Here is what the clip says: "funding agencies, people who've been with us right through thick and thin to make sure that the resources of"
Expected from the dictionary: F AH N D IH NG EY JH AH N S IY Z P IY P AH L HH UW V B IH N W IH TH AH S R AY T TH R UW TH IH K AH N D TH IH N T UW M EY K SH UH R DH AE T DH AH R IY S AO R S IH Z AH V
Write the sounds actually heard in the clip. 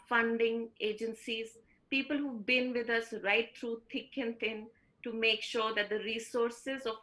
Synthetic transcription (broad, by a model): F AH N D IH NG EY JH AH N S IY Z P IY P AH L HH UW B IH N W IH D AH S R AY T T R UW T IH K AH N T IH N T UW M EY K SH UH R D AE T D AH R IY S AO R S IH Z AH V